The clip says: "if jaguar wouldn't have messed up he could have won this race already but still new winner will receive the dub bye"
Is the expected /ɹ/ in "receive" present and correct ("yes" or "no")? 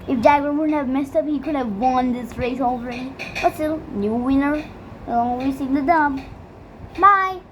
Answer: no